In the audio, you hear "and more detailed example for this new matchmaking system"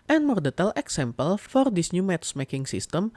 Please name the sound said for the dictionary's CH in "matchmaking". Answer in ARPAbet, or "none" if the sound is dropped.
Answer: S